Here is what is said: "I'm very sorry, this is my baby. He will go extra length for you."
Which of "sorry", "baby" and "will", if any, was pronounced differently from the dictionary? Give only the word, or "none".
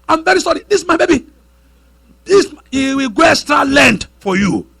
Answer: will